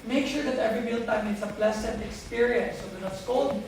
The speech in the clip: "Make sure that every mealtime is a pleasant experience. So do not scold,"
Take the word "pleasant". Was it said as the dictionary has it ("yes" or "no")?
no